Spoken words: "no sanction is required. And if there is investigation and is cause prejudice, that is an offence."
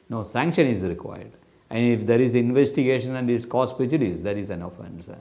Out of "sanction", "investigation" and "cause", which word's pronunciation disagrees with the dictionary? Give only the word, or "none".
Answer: cause